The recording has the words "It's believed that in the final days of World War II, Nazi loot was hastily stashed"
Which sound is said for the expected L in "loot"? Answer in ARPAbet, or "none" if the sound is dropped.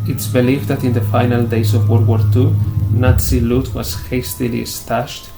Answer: L